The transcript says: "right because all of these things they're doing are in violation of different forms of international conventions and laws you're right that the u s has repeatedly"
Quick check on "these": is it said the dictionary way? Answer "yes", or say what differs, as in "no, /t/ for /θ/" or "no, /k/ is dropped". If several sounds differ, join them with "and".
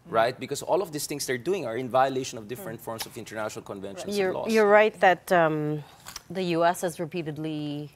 no, /s/ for /z/